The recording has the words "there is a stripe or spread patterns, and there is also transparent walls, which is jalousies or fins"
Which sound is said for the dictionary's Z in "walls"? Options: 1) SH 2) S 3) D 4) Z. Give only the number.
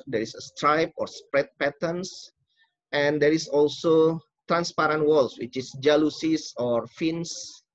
2